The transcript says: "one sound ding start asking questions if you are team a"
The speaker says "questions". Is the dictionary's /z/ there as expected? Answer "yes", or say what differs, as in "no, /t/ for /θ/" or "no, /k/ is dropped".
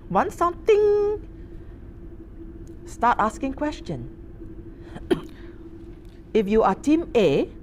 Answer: no, /z/ is dropped